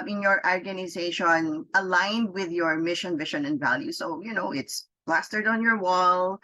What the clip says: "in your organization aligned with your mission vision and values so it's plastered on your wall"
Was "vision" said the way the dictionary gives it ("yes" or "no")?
no